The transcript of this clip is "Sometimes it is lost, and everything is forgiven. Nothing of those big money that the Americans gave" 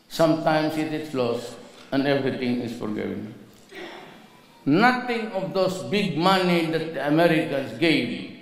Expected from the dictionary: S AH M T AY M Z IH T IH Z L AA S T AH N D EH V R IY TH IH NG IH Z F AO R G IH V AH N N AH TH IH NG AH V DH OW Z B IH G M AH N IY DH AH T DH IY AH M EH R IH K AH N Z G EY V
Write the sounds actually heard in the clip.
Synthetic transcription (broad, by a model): S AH M T AY M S IH T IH S L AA S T AH N D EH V R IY T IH NG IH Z F AO R G IH V AH N N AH T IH NG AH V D OW S B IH G M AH N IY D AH T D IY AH M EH R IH K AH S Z G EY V